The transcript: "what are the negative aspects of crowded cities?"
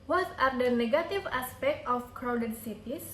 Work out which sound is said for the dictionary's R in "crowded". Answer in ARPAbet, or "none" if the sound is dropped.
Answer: R